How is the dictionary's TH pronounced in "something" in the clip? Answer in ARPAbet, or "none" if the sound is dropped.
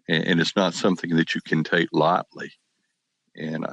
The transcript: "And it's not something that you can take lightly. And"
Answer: TH